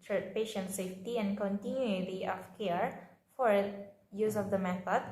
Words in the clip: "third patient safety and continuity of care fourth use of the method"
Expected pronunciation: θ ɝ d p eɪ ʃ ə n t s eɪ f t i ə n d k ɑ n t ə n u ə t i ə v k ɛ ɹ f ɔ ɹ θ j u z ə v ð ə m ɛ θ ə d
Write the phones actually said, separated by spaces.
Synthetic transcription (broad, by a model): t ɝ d p eɪ ʃ ə n t s eɪ f t i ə n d k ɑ n t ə n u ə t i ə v k ɛ ɹ f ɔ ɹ j u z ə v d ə m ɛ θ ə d